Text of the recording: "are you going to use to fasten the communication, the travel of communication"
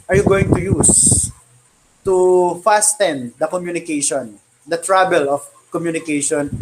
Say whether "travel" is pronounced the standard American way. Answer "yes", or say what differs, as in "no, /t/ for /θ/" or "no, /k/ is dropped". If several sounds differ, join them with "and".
no, /b/ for /v/